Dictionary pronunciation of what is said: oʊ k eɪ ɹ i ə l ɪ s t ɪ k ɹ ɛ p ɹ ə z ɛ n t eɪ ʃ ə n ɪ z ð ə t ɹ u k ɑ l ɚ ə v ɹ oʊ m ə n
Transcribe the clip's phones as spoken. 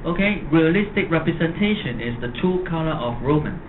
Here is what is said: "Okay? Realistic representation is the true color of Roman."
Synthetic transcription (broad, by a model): oʊ k eɪ ɹ i ə l ɪ s t ɪ k ɹ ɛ p ɹ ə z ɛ n t eɪ ʃ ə n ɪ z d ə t u k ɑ l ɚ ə f ɹ oʊ m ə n